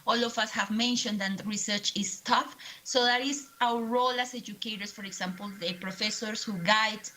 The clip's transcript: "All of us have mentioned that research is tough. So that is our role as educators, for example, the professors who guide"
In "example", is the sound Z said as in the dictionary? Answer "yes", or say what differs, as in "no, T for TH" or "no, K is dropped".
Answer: no, S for Z